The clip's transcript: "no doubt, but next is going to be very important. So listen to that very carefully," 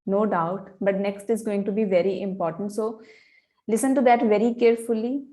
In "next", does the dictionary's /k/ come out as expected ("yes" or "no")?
yes